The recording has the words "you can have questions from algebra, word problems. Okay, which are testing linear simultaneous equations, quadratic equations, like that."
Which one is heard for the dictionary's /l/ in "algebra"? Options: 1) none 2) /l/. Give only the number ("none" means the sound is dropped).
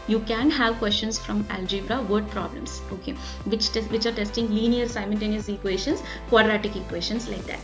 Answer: 2